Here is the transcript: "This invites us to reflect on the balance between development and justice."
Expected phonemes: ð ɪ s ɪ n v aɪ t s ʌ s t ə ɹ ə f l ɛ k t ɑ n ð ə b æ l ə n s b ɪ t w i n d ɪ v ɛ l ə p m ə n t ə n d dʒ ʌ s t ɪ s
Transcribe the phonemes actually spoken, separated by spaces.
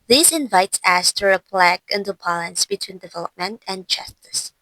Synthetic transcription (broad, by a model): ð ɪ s ɪ n v aɪ t s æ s t ə ɹ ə p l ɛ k ɪ n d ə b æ l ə n s b ɪ t w i n d ɪ v ɛ l ə p m ə n t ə n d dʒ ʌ s t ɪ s